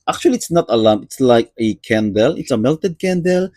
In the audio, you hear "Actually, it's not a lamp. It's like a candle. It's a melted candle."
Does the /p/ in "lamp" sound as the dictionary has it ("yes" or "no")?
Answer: no